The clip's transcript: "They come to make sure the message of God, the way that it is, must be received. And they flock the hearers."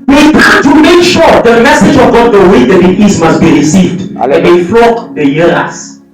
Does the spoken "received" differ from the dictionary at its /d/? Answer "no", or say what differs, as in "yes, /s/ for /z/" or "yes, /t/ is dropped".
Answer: no